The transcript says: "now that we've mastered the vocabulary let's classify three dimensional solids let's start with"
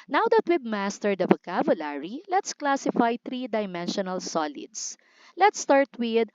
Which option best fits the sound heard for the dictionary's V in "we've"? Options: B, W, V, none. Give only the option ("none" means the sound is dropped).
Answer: B